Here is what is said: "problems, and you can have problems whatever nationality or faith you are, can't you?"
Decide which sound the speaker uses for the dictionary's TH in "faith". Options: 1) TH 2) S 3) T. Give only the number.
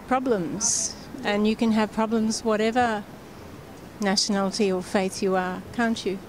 1